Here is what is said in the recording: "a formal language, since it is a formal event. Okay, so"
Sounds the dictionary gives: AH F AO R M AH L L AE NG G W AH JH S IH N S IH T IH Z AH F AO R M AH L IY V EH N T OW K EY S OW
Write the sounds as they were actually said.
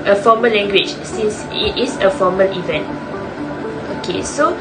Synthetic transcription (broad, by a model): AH F AO M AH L L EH NG G W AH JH S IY N S IH T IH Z AH F AO M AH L IY V EH N T OW K EY S OW